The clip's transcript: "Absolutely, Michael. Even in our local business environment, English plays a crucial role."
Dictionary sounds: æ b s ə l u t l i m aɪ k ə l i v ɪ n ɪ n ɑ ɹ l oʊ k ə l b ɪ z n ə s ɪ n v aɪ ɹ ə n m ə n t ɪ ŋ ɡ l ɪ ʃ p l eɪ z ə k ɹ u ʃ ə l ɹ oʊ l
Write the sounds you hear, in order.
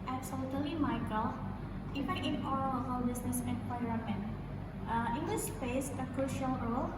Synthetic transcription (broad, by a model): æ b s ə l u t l i m aɪ k ə l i f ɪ ɪ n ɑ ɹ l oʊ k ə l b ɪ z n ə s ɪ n p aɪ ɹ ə m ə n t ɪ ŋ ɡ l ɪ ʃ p eɪ s ə k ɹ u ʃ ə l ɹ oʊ l